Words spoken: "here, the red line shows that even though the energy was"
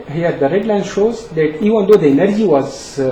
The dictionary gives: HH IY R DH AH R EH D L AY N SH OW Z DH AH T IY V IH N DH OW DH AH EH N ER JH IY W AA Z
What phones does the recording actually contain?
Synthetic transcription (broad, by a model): HH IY R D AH R EH D L AY N SH OW Z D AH T IY V IH N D OW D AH EH N ER JH IY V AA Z